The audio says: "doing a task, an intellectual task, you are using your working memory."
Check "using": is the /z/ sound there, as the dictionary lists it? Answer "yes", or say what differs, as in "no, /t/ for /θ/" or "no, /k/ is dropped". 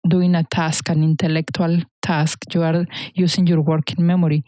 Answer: no, /s/ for /z/